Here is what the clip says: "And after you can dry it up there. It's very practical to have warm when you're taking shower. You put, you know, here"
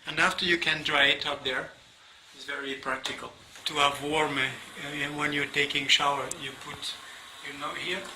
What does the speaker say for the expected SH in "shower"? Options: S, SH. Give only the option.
SH